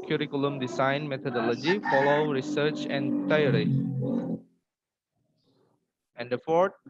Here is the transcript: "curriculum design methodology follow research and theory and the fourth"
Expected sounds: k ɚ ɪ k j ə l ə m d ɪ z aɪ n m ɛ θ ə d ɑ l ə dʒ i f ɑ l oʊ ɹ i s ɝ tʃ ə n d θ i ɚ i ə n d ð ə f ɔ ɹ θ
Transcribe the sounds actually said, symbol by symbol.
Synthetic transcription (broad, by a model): k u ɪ k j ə l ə m d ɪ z aɪ n m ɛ t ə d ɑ l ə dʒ i f ɑ l oʊ ɹ i s ɝ tʃ ə n d t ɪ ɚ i ə n d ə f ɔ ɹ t